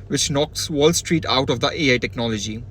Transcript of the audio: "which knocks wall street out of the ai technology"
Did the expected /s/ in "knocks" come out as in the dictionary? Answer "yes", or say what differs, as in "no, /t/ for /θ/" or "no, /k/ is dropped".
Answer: yes